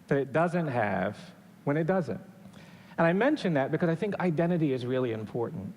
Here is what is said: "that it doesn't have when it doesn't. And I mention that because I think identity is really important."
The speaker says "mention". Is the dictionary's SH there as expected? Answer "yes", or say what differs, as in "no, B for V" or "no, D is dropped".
yes